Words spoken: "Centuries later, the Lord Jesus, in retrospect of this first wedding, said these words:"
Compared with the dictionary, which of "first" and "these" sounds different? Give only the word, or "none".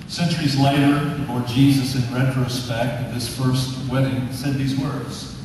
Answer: none